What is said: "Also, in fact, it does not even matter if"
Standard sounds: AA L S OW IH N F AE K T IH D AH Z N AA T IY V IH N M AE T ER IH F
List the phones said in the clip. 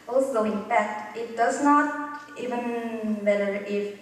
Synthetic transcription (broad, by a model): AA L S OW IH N P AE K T IH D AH S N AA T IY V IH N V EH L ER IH